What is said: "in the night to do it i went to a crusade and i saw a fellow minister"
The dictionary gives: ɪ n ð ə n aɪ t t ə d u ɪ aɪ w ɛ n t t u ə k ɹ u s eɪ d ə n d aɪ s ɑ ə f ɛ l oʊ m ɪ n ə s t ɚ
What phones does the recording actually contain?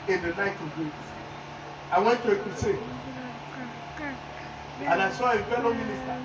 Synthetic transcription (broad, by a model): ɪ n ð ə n aɪ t t ə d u ɪ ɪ w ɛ n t t u ə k u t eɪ ə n aɪ s ɑ ə f ɛ l oʊ m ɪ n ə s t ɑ